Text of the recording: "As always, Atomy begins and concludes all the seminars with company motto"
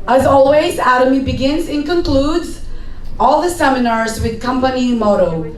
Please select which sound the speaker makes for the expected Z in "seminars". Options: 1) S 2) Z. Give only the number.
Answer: 2